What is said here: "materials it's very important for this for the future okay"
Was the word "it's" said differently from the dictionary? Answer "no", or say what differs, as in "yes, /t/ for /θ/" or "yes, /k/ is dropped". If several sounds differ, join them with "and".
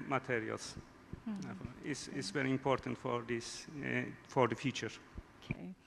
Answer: yes, /s/ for /t/